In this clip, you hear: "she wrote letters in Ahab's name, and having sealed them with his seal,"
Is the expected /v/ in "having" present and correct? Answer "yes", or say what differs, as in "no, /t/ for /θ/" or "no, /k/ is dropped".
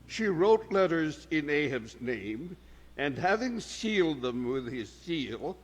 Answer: yes